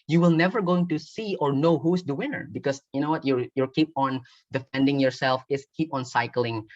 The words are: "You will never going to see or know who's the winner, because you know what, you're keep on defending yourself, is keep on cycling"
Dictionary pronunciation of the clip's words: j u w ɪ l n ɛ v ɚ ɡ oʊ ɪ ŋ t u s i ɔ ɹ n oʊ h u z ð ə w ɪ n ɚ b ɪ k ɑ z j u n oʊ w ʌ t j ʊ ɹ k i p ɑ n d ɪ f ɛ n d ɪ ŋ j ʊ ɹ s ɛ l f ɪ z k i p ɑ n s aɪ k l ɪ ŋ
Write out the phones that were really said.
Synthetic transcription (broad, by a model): j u w ɪ l n ɛ v ɚ ɡ oʊ ɪ ŋ t u s i ɔ ɹ n oʊ h u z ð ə w ɪ n ɚ b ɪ k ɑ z j u n oʊ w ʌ t j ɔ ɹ k i p ɑ n d ɪ f ɛ n d ɪ ŋ j ʊ ɹ s ɛ l f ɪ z k i p ɑ n s aɪ k l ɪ ŋ